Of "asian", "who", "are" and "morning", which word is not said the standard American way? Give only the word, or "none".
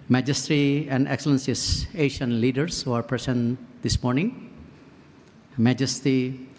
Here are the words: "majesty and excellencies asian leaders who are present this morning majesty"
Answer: asian